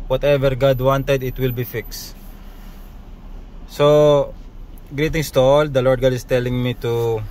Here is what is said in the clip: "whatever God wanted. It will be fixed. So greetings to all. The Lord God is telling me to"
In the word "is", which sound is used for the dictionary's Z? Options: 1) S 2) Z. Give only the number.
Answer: 1